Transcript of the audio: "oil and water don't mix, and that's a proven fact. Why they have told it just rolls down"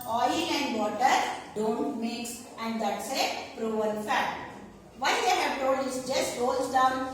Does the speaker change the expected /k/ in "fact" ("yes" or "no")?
yes